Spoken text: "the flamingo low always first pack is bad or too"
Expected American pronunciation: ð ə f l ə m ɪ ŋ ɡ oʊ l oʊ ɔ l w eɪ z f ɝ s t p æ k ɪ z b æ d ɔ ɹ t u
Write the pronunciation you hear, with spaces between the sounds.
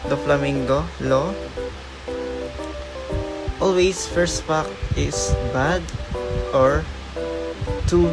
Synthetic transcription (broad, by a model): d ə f l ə m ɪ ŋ ɡ oʊ l oʊ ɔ l w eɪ s f ɝ s t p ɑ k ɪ s b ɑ d ɔ ɹ t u